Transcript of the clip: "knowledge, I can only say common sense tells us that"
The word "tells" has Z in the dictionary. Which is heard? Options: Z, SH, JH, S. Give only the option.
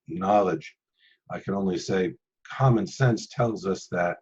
Z